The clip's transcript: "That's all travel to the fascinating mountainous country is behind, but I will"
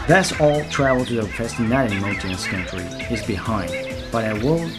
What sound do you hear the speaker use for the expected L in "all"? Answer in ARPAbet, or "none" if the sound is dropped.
L